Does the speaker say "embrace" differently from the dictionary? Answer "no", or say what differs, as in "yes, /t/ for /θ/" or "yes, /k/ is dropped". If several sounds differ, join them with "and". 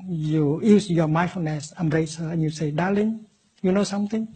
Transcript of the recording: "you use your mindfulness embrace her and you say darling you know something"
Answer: yes, /b/ is dropped